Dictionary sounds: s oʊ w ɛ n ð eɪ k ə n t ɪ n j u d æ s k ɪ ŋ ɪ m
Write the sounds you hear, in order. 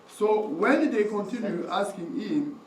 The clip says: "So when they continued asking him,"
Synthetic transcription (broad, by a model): s oʊ w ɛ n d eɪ k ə n t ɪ n j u æ s k ɪ ŋ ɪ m